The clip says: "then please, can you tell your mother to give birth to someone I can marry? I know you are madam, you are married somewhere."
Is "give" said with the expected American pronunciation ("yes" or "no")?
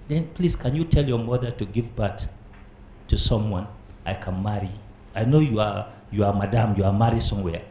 yes